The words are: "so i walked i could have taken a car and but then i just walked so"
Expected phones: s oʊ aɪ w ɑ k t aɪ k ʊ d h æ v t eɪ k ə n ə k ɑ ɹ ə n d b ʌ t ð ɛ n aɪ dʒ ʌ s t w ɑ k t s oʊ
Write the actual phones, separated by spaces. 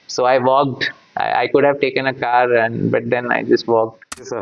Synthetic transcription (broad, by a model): s oʊ aɪ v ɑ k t aɪ k ʊ d h æ v t eɪ k ə n ə k ɑ ɹ ə n d b ʌ t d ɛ n aɪ dʒ ʌ s t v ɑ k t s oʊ